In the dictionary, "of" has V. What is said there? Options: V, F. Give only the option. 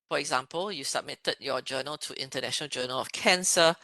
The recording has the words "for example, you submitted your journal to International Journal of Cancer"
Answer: F